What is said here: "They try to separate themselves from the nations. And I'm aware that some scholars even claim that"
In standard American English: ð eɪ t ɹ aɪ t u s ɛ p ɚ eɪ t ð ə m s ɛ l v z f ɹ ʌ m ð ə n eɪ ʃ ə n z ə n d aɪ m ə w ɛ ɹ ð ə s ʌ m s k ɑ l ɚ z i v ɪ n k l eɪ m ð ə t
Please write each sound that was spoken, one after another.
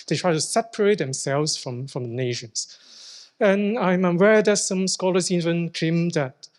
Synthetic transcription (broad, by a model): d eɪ t ɹ aɪ t u s ɛ p ɚ eɪ t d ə m s ɛ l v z f ɹ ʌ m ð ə n eɪ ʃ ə n s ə n aɪ m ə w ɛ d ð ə s ʌ m s k ɑ l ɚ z i v ɪ n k eɪ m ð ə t